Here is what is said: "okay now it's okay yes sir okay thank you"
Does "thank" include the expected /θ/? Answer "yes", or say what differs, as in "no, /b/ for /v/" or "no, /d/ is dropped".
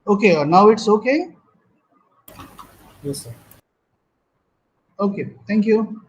no, /t/ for /θ/